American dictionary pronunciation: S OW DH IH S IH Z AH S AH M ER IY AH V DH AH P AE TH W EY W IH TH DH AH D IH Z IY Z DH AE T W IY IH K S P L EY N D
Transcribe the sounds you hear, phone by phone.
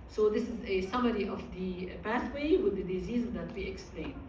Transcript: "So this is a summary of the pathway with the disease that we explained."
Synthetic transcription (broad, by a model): S OW DH IH S IH Z AH S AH M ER IY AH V DH AH P AE TH W EY W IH DH AH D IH Z IY Z DH AE T W IY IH K S P L EY N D